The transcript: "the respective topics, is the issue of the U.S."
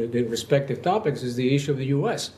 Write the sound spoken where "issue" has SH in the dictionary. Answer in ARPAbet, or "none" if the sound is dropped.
SH